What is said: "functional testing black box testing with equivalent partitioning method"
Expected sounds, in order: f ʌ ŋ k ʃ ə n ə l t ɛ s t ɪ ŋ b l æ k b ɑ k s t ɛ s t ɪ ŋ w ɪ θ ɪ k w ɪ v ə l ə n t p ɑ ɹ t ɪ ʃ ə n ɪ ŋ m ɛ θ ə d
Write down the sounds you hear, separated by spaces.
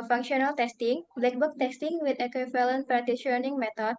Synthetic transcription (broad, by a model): f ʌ ŋ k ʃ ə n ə l t ɛ s t ɪ ŋ b l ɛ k b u k t ɛ s t ɪ ŋ w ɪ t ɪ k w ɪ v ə l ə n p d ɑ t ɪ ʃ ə n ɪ ŋ m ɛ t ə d